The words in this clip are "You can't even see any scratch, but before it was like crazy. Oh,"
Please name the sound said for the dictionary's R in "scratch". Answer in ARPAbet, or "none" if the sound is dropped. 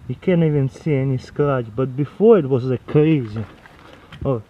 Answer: L